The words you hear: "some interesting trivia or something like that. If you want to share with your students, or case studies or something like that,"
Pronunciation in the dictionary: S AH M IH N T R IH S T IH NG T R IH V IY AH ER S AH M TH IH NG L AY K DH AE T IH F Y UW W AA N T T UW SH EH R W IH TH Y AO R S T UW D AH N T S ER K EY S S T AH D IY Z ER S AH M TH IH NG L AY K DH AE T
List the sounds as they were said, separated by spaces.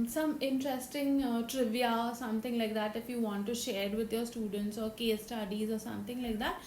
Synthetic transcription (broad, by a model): S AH M IH N T R IH S T IH NG T R IH V IY AH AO S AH M T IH NG L AY K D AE T IH F Y UW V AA N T T UW SH EH R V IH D Y AO R S T UW D AH N T S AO K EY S S T AH D IY Z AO S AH M T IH NG L AY K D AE T